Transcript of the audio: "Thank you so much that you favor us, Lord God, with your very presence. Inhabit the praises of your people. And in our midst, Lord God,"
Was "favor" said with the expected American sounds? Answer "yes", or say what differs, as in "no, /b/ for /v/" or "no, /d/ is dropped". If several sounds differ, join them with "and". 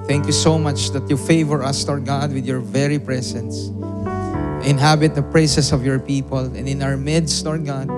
yes